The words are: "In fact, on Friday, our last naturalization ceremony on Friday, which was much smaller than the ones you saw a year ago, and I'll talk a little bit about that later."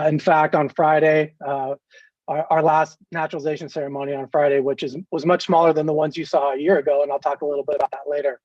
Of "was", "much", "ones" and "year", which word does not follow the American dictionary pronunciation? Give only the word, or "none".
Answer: none